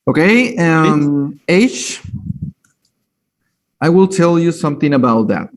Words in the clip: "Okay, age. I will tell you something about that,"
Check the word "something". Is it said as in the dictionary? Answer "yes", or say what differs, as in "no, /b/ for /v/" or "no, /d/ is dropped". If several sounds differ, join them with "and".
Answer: yes